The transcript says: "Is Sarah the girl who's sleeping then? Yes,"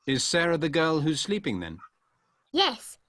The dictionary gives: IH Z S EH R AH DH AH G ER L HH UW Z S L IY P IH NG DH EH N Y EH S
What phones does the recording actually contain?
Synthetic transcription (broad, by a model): IH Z S EH R AH DH AH G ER L HH UW Z S L IY P IH NG DH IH N Y EH S